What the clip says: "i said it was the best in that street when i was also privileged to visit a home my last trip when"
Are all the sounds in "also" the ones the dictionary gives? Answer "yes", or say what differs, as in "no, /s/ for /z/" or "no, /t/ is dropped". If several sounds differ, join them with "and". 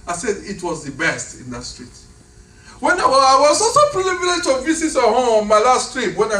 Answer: no, /l/ is dropped